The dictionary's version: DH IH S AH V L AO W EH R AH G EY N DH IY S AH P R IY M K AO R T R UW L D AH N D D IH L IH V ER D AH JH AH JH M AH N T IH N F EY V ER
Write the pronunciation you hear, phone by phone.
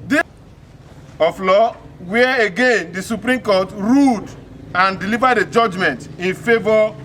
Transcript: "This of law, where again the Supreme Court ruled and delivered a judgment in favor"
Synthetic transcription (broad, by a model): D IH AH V L AO W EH AH G EY N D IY S AH P R IY M K AO T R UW D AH N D D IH L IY V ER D AH JH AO JH M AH N T IH N F EY V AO